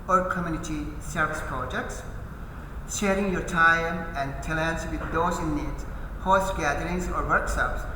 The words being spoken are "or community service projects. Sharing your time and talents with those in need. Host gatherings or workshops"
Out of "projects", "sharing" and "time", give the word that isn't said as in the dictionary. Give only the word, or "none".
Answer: none